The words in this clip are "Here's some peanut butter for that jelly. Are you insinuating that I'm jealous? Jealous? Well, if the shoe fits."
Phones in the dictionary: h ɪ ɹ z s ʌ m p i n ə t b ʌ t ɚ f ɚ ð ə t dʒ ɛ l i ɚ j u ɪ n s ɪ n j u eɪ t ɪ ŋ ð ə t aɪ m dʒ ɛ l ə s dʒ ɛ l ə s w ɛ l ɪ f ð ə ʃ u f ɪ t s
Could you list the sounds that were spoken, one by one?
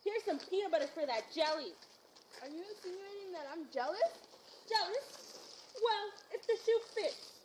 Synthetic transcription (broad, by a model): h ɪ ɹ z s ʌ m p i ə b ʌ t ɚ f ɚ ð ə t dʒ ɛ l i ɚ j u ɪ s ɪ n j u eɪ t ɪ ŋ ð ə t aɪ m dʒ ɛ l ə s dʒ ɛ l ə s w ɛ l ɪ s ð ə ʃ u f ɪ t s